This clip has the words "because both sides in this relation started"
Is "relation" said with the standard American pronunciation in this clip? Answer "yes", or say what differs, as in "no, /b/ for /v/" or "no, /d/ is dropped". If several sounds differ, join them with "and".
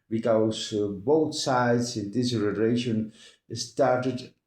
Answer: no, /n/ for /l/